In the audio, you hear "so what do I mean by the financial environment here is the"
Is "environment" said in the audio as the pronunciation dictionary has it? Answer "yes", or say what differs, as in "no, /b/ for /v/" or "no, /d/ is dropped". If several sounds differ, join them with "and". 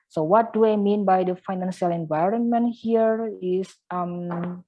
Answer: yes